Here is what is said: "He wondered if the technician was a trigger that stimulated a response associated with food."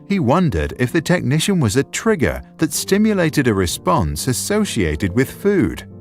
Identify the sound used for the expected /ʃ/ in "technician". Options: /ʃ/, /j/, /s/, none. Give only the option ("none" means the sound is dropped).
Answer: /ʃ/